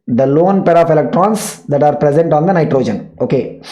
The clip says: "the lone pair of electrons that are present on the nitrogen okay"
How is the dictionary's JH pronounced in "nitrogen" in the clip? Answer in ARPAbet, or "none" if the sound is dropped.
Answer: JH